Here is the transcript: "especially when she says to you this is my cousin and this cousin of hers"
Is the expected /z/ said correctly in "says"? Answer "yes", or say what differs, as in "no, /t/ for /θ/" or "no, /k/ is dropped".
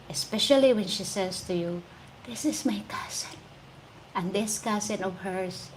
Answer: no, /s/ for /z/